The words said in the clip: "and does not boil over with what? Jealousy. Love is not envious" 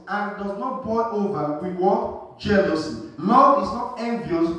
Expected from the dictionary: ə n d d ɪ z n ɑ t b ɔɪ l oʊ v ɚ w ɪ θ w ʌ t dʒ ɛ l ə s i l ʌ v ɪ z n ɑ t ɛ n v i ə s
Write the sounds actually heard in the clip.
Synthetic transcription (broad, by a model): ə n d d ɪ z n ɑ t b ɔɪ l oʊ v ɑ w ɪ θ w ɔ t dʒ ɛ l ə s i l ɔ ɪ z n ɑ t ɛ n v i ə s